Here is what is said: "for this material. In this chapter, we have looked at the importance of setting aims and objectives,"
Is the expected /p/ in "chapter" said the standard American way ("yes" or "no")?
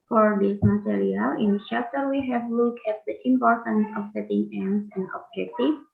no